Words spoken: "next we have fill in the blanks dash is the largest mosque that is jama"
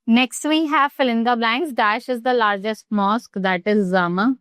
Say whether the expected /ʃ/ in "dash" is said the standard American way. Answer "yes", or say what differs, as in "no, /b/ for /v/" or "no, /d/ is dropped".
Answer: yes